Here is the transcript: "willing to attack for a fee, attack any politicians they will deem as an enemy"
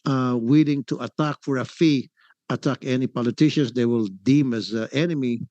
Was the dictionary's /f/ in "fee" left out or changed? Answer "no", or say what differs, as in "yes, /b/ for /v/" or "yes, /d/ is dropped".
no